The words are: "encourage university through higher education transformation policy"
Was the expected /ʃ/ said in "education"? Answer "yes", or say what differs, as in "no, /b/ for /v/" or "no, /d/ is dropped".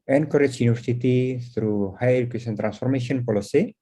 no, /s/ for /ʃ/